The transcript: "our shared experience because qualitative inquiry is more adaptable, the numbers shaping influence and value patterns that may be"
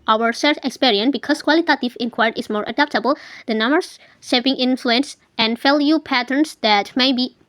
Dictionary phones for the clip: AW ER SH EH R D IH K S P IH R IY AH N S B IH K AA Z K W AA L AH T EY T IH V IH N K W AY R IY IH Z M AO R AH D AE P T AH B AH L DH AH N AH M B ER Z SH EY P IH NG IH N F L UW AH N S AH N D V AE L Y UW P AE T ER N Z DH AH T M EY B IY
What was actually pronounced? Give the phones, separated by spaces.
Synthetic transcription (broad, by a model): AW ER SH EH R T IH K S P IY R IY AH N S B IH K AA S K W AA L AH T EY T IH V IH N K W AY IY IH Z M AO R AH D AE P T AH B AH L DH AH N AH M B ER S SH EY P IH NG IH N F L UW AH N S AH N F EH L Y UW P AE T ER N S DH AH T M EY B IY